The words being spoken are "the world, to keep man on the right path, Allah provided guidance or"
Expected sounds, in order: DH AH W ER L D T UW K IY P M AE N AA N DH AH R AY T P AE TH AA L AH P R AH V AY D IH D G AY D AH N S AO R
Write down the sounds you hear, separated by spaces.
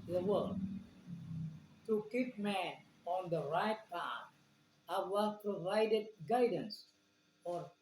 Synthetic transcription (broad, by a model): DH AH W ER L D T UW K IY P M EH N AA N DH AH R AY T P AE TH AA W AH P R AH V AY D IH D G AY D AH N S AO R